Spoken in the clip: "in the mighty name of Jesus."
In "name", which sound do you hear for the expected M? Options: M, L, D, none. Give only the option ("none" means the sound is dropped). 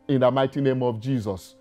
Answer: M